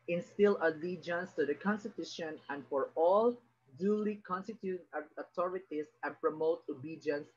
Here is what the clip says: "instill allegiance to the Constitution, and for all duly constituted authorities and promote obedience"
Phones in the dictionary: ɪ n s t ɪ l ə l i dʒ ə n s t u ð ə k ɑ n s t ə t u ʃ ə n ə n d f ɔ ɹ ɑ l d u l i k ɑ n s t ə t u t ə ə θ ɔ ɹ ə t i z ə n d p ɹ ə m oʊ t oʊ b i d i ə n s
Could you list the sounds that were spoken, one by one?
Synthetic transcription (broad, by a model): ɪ n s t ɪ l ə l i dʒ ə n s t u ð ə k ɑ n s t ə t u ʃ ə n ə n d f ɔ ɹ ɑ l d u l i k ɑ n s t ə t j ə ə t ɔ ɹ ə t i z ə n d p ɹ ə m oʊ t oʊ b i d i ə n s